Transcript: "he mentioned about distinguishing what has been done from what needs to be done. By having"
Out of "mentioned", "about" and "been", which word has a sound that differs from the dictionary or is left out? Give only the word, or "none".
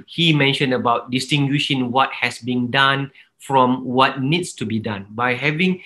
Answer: none